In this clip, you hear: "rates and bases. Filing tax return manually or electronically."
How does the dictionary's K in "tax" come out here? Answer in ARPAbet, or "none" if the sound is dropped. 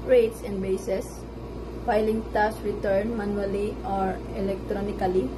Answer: none